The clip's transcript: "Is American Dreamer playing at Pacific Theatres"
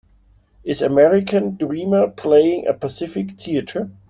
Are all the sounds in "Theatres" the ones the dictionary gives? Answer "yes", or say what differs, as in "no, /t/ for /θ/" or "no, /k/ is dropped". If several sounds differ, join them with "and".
no, /z/ is dropped